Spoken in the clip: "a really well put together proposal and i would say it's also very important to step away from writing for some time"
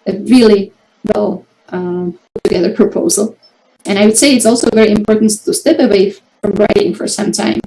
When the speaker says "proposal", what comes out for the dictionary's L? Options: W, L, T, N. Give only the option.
L